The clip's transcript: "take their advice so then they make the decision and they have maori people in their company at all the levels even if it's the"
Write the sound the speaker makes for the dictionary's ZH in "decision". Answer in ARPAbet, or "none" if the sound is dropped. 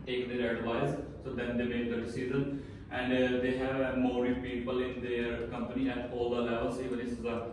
Z